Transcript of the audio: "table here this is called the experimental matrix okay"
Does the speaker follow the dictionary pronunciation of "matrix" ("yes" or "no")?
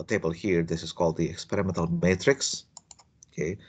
yes